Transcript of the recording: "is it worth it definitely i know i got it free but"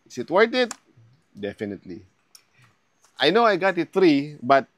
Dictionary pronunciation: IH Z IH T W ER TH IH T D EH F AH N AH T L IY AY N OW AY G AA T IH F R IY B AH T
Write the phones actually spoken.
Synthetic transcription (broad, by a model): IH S IH T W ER T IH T D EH F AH N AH T L IY AY N OW AY G AA T IH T R IY B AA T